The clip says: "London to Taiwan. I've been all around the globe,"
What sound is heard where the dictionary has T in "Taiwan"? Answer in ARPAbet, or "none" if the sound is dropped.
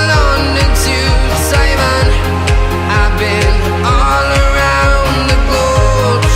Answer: S